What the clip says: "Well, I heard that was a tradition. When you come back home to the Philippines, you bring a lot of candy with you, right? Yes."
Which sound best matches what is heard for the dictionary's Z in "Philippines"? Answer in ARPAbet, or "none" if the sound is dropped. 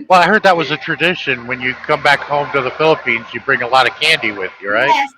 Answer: Z